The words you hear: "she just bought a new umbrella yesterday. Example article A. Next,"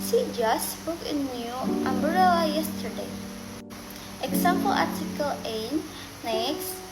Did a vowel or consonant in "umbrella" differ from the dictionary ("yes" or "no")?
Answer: yes